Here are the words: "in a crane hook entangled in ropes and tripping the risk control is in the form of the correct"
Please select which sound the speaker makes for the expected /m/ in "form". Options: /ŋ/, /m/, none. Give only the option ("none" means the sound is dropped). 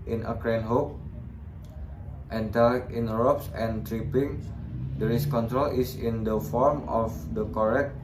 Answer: /m/